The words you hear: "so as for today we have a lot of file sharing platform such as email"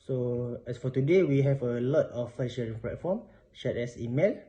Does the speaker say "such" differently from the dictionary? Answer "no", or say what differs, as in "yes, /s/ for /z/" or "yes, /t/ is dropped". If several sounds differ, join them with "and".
yes, /ʃ/ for /s/